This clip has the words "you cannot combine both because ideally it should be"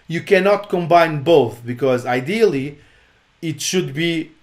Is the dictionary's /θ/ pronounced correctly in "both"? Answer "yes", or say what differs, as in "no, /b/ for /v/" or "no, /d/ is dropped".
yes